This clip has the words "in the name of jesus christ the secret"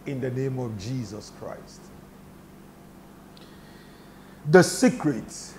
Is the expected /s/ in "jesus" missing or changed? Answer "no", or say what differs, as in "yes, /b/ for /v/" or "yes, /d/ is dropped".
no